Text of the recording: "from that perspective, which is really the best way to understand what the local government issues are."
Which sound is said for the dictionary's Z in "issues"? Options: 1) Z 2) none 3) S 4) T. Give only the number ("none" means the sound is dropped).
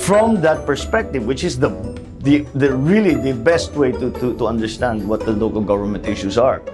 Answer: 3